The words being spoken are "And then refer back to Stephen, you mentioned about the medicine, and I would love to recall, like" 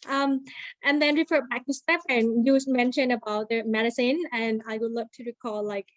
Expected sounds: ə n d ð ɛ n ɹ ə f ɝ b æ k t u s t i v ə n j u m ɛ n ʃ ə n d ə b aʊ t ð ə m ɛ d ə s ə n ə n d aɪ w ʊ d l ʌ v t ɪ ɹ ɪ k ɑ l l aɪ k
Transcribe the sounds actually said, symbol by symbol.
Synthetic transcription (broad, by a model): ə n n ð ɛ n ɹ ə f ɝ b æ k t u s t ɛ p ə n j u m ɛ n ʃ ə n ə b aʊ t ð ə m ɛ d ə s ə n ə n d aɪ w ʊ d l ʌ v t ɪ ɹ ɪ k ɑ l l aɪ k